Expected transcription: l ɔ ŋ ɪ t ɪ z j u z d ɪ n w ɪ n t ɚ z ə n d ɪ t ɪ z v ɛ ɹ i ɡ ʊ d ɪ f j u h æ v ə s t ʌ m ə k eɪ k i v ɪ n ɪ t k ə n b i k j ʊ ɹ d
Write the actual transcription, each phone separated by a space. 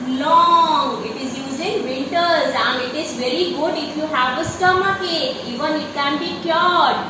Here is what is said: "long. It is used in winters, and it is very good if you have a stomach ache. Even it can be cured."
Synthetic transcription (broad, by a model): l ɔ ŋ ɪ t ɪ z j u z ɪ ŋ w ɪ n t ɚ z ə n d ɪ t ɪ z v ɛ ɹ i ɡ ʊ d ɪ f j u h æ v ə s t ʌ m ə k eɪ i v ɪ n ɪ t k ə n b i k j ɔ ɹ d